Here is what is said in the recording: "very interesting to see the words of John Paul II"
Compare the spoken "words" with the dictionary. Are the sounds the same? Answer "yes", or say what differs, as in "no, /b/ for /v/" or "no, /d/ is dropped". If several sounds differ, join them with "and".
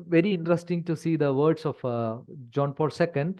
no, /s/ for /z/